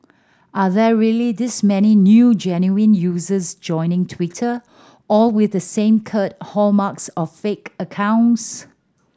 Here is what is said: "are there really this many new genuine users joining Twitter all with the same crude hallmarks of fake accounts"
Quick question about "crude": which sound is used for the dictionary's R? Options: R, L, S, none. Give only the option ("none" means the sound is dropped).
none